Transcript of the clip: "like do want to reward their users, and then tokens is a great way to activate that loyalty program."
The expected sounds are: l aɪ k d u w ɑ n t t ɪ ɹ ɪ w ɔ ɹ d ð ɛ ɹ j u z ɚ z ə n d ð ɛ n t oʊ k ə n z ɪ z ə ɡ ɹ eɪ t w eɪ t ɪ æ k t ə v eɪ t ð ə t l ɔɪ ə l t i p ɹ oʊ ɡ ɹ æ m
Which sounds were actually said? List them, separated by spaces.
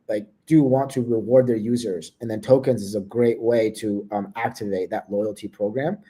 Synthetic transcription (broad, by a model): l aɪ k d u w ɑ n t t ɪ ɹ ɪ w ɔ ɹ d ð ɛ ɹ j u z ɚ z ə n ð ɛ n t oʊ k ə n z ɪ z ə ɡ ɹ eɪ t w eɪ t ɪ æ k t ə v eɪ t ð ə t l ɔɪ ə l t i p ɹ oʊ ɡ ɹ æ m